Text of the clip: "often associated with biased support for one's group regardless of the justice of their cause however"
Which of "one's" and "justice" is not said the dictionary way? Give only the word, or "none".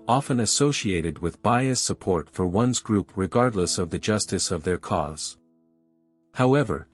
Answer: none